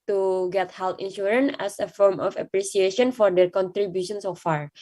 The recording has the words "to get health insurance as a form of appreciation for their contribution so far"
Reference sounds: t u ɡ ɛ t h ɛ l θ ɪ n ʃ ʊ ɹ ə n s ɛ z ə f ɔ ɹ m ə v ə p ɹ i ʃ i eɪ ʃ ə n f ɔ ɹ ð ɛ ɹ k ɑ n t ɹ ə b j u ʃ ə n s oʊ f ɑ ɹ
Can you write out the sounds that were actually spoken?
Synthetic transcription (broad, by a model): t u ɡ ɛ t h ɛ l t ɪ n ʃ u ɹ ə n ɛ s ə f ɔ ɹ m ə f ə p ɹ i s i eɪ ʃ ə n f ɔ ɹ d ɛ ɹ k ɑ n t ɹ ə b j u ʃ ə n s oʊ f ɑ ɹ